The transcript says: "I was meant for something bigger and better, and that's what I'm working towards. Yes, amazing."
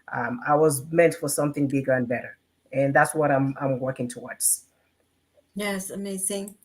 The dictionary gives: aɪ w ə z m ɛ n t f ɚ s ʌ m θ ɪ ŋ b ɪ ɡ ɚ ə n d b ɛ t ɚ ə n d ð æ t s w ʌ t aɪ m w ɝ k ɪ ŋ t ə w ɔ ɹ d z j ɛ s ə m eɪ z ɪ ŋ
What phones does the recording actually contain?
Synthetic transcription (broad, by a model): aɪ w ə z m ɛ n t f ɚ s ʌ m θ ɪ ŋ b ɪ ɡ ɚ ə n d b ɛ t ɚ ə n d ð æ t s w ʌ t aɪ m w ɝ k ɪ ŋ t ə w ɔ ɹ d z j ɛ s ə m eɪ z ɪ ŋ